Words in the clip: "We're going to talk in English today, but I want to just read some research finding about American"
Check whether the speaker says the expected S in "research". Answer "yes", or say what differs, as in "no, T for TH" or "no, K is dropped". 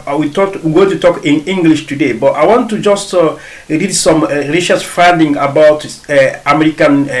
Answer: no, SH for S